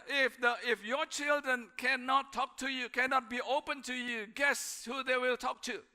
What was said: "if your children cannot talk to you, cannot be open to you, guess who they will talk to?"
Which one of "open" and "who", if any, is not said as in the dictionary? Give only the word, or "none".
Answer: none